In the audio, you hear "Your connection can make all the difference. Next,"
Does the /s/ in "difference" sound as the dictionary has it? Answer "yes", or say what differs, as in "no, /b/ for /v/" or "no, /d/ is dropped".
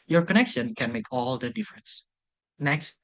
yes